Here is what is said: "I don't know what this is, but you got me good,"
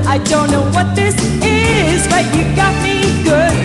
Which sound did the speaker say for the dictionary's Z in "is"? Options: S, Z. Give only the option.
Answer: Z